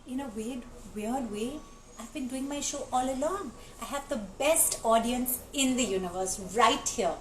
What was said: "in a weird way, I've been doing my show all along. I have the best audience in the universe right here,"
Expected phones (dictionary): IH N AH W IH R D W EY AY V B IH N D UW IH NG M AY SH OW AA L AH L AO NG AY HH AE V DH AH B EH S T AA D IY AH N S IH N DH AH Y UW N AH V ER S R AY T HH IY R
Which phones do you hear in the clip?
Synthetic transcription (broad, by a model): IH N AH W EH W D W EY AY V B IH N D UW IH NG M AY SH OW AA L AH L AO NG AY HH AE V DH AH B EH S T AA D IY AH N S IH N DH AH Y UW N AH V ER S R AY T HH IY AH